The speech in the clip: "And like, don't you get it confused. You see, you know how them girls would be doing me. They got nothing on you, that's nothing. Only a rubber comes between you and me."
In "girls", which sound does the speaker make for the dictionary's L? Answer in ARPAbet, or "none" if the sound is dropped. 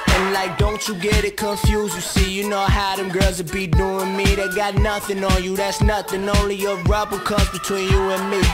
none